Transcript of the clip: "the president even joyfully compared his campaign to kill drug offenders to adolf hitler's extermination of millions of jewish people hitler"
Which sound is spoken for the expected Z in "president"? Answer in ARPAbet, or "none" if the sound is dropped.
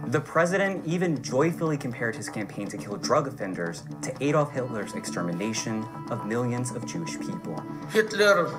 Z